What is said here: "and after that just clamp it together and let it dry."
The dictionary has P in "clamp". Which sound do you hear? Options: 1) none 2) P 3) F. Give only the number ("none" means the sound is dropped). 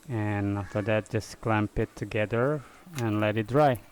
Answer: 2